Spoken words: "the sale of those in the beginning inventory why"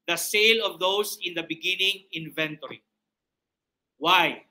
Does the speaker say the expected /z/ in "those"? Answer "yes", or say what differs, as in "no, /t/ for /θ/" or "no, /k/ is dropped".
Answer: no, /s/ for /z/